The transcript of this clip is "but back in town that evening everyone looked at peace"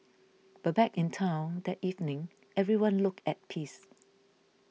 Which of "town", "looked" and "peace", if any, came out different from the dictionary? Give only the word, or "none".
looked